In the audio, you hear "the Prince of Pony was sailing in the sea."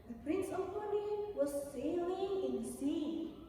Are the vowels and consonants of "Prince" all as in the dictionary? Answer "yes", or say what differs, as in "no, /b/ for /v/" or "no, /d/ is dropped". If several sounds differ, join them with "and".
yes